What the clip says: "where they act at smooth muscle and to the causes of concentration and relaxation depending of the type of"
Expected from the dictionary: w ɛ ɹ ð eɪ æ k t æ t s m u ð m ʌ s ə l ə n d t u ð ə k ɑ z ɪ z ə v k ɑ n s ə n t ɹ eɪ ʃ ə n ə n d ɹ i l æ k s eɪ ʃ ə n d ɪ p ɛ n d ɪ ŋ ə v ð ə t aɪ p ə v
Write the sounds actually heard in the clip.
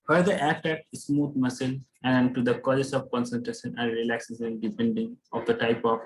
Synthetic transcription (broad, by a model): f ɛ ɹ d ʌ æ t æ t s m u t m ʌ s ə l ə n d t u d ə k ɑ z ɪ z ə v k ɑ n s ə n t ɹ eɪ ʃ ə n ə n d ɹ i l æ k s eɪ s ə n d ɪ p ɛ n d ɪ ŋ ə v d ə t aɪ p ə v